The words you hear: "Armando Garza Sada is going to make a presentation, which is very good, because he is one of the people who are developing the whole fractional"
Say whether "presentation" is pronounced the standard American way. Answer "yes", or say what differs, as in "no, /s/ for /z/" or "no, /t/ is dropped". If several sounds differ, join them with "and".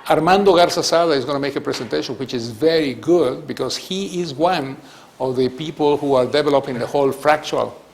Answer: no, /s/ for /z/